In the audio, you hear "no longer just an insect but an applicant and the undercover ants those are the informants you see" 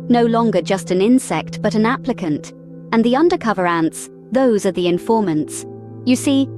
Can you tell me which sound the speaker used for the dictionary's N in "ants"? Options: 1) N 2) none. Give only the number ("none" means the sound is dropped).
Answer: 1